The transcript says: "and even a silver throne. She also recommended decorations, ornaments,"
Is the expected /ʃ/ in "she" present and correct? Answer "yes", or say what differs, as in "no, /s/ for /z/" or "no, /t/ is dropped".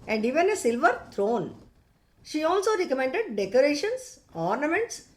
yes